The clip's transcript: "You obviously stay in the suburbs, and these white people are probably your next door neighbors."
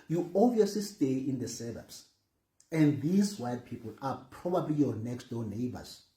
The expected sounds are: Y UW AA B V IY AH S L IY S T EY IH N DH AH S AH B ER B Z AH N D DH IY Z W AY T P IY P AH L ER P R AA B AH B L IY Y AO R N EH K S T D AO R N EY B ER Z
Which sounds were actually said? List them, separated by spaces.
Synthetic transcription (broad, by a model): Y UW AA V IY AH S L IY S T EY IH N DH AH S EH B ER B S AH N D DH IY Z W AY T P IY P AH L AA P R AA B AH B L IY Y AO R N EH K S T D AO N EY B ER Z